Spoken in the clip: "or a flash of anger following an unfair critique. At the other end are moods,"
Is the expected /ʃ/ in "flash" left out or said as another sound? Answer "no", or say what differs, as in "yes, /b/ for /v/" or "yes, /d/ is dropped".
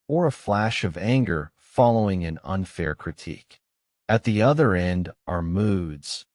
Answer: no